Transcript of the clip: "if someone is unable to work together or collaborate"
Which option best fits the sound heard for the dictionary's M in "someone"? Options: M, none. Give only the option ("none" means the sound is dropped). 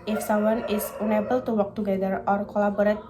none